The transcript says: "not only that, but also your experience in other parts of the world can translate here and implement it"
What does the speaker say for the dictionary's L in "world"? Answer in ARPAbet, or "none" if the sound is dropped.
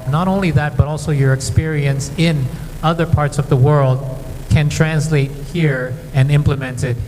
L